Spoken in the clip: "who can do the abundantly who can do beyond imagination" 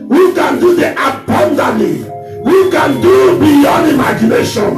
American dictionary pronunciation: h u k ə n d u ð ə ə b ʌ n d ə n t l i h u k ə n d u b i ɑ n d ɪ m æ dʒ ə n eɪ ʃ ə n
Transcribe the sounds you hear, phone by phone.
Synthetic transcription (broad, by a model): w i k ə n d u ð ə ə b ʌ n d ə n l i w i k ə n d u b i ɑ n ɪ m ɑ dʒ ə n eɪ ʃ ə n